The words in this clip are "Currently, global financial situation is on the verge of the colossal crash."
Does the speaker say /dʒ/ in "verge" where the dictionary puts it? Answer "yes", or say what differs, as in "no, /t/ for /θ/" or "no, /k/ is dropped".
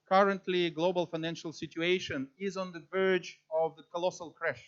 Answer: yes